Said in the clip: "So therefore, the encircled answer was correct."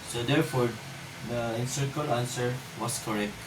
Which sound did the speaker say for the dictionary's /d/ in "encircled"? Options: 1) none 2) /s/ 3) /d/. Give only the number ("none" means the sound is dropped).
1